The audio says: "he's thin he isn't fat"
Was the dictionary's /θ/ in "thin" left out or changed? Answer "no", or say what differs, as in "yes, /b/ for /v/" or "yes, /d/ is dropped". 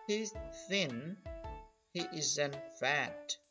no